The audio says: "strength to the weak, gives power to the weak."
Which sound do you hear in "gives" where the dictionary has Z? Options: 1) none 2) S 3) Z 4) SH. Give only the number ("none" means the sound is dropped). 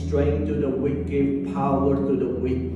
1